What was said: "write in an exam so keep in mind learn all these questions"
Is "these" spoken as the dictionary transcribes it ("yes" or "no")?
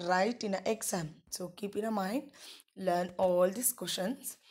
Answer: no